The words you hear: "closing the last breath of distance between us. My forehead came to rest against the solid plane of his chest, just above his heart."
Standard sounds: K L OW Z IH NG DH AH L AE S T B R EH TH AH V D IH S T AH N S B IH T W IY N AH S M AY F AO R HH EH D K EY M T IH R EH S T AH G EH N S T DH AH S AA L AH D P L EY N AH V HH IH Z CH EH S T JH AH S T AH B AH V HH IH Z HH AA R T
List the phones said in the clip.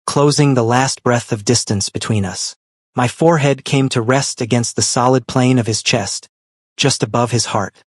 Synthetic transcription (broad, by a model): K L OW Z IH NG DH AH L AE S T B R EH TH AH V D IH S T AH N S B IH T W IY N AH S M AY F AO R HH EH D K EY M T IH R EH S T AH G EH N S T DH AH S AA L AH D P L EY N AH V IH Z CH EH S T JH AH S T AH B AH V IH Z HH AA R T